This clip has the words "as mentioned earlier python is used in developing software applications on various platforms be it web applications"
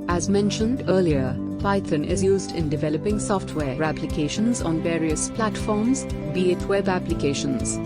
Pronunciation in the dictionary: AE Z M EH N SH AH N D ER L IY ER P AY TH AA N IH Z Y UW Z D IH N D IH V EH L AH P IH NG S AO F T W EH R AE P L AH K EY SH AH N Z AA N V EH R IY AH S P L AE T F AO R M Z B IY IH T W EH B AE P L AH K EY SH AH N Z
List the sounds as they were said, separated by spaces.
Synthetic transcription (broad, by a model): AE Z M EH N SH AH N D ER L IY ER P AY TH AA N IH Z Y UW Z D IH N D IH V EH L AH P IH NG S AO F T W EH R AE P L AH K EY SH AH N Z AA N V EH R IY AH S P L AE T F AO R M Z B IY IH T W EH B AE P L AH K EY SH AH N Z